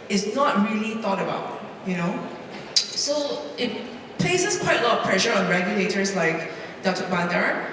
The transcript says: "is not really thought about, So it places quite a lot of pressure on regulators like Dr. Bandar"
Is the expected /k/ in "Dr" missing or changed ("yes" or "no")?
yes